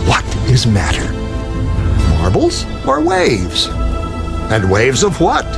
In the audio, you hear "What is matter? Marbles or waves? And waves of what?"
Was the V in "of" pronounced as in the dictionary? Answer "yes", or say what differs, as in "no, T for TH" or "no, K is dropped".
yes